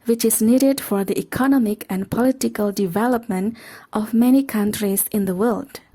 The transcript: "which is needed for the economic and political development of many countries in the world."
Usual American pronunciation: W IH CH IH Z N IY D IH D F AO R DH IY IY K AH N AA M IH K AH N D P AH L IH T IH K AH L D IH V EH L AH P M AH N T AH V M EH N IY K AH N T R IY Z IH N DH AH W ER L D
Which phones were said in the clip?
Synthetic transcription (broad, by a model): W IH CH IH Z N IY D IH D F AO R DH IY IY K AH N AA M IH K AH N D P AH L IH T IH K AH L D IH V EH L AH P M AH N T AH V M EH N IY K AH N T R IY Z IH N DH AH W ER L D